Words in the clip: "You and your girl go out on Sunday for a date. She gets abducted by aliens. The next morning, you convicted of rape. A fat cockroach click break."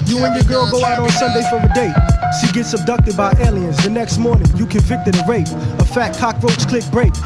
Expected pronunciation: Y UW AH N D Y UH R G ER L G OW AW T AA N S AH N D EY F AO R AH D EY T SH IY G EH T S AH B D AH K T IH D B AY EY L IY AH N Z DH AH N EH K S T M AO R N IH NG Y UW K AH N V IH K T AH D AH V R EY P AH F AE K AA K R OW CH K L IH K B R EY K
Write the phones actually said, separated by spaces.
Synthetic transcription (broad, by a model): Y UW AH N Y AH R G ER L G OW AW T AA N S AH N D EY F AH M AH D EY T S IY G EH T S AH B D AH K T IH D B AY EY L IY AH N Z DH AH N EH K S T M AO R N IH NG Y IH K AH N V IH K T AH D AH R EY P AH F AE K AA K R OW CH K L IH K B R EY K